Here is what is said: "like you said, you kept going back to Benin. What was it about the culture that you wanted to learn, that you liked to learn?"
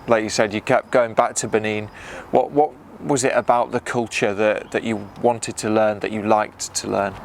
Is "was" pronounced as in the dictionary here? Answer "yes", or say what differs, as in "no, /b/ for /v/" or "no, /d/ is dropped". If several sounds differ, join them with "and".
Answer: yes